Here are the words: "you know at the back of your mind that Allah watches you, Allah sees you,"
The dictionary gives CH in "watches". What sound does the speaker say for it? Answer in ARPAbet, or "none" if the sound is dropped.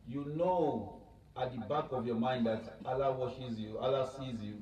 SH